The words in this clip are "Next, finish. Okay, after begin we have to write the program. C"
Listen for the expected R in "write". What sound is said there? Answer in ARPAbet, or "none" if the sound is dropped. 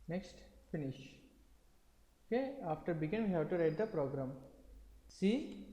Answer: R